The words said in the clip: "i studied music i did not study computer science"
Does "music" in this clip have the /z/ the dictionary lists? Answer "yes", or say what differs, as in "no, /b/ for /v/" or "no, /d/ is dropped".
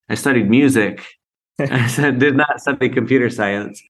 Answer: yes